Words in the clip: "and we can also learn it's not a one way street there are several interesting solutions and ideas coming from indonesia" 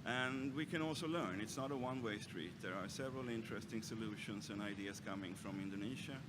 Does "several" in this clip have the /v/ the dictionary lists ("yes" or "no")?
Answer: yes